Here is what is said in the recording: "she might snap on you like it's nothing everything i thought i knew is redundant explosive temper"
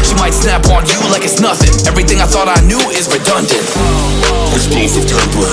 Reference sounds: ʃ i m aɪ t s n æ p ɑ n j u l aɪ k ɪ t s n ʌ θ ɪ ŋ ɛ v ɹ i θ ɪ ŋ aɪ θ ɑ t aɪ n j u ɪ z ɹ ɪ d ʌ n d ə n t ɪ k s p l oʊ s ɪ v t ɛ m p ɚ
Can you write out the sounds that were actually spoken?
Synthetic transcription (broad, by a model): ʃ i m aɪ t s n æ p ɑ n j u l aɪ k ɪ t s n ʌ θ ɪ ŋ ɛ v ɹ i θ ɪ ŋ aɪ θ ɑ t aɪ n j u ɪ z ɹ ɪ d ʌ n d ə n t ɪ s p ɛ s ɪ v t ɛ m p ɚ